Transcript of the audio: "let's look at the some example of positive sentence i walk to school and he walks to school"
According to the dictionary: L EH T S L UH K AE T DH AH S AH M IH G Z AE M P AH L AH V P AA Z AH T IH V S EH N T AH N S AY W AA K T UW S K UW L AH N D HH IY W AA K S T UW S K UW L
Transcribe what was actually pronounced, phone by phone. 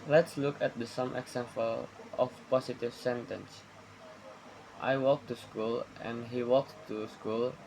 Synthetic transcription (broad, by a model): L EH T S L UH K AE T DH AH S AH M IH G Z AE M P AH L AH F P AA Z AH T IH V S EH N T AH N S AY W AA K T UW S K UW L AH N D HH IY W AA K T UW S K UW L